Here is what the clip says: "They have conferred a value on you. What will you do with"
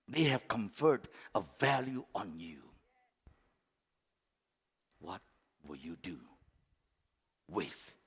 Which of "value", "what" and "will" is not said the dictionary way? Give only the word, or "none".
none